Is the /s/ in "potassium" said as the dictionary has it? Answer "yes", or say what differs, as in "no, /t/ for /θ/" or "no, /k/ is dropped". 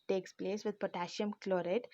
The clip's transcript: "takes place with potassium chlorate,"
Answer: no, /ʃ/ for /s/